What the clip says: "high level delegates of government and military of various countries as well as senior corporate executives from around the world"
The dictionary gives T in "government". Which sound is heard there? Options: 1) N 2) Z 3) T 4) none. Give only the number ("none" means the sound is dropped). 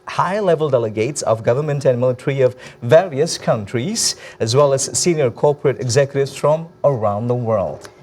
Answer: 3